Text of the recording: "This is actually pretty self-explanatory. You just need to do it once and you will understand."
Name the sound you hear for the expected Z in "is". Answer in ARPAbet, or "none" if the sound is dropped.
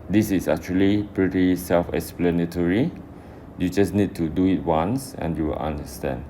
S